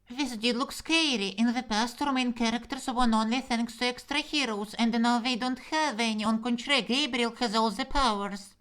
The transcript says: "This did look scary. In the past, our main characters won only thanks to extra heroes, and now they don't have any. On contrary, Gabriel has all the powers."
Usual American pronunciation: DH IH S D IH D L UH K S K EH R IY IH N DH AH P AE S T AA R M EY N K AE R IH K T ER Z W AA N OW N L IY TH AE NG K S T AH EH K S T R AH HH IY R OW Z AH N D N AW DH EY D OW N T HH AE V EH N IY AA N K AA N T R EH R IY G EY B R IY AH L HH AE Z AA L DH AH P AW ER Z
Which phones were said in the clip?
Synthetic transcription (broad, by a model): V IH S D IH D L UH K S K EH R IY IH N DH AH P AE S T AA R M EY N K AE R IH K T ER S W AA N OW N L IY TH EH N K S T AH EH K S T R AH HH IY R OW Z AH N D N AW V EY D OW N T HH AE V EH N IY AA N K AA N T R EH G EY B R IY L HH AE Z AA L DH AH P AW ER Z